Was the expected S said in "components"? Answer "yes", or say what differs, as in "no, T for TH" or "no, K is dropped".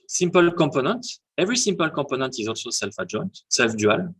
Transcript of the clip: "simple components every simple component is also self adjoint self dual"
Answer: no, S is dropped